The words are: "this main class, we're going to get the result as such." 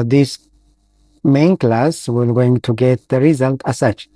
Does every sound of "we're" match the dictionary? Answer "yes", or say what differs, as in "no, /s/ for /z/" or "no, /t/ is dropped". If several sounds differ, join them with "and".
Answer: no, /l/ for /ɹ/